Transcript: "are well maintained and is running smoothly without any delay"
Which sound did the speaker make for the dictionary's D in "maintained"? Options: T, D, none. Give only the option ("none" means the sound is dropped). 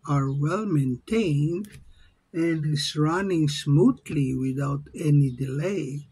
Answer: D